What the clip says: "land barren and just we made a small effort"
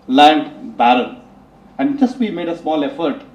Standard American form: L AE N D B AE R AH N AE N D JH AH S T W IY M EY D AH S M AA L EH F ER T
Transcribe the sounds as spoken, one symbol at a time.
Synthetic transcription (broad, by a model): L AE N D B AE R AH L AE N D JH AH S T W IY M EY D AH S M AA L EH F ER T